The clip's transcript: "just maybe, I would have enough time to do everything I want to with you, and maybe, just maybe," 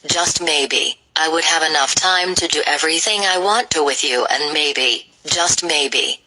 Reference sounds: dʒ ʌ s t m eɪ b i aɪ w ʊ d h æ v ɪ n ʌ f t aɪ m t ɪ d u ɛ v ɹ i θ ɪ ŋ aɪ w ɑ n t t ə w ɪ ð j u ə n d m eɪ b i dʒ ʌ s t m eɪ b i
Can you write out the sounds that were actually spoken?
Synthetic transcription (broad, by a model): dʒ ʌ s t m eɪ b i aɪ w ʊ d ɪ v ɪ n ʌ f t aɪ m t ɪ d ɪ ɛ v ɹ i θ ɪ ŋ aɪ w ɑ n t t ə w ɪ ð j u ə n m eɪ b i dʒ ʌ s t m eɪ b i